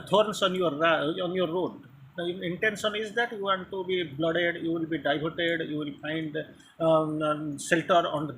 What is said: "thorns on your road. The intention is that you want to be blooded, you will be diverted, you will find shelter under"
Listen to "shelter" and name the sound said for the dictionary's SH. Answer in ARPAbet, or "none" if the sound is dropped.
S